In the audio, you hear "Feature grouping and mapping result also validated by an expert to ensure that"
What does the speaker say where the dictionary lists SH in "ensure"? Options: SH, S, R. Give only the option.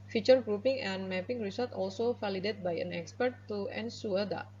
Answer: S